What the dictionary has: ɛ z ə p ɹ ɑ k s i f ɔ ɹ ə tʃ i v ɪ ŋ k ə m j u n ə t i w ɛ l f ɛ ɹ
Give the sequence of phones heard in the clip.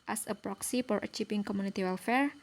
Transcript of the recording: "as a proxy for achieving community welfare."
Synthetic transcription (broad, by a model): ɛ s ə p ɹ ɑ k s i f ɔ ɹ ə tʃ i f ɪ ŋ k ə m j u n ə t i w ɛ l f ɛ ɹ